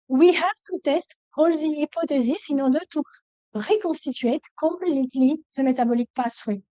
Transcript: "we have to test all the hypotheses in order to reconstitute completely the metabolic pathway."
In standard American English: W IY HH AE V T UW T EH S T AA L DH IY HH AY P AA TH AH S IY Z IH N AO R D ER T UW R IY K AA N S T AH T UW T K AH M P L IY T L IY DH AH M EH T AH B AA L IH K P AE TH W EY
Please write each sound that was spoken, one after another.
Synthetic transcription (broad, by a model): W IY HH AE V T UW T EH S T AA L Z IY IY P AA T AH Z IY S IH N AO D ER T UW R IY K AA S T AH T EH T K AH M P L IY T L IY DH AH M EH T AH B AA L IH K P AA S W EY